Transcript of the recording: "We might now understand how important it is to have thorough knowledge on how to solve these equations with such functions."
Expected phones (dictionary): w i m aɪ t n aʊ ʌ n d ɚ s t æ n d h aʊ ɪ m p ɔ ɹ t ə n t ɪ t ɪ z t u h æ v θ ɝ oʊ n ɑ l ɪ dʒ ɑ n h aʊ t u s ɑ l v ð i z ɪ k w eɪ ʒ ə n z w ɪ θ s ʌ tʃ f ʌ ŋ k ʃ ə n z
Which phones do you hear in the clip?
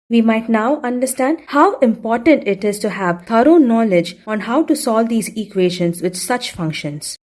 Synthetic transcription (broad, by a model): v i m aɪ t n aʊ ʌ n d ɚ s t æ n d h aʊ ɪ m p ɔ ɹ t ə n t ɪ t ɪ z t u h æ v t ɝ oʊ n ɑ l ɪ dʒ ɑ n h aʊ t u s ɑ l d i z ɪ k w eɪ ʃ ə n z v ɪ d s ʌ tʃ f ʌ ŋ k ʃ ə n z